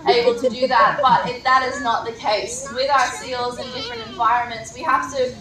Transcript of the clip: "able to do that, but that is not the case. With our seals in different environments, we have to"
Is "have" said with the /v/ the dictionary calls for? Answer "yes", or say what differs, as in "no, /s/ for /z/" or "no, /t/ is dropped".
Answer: no, /f/ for /v/